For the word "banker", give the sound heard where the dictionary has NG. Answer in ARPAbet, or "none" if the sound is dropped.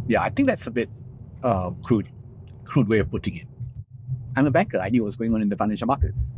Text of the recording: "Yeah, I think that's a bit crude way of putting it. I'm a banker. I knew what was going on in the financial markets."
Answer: none